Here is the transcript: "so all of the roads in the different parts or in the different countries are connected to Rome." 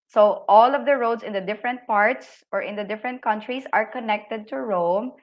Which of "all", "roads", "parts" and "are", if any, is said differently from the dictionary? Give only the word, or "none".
roads